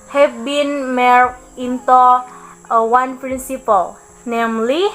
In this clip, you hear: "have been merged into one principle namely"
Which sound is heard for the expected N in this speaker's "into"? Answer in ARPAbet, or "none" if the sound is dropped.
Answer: N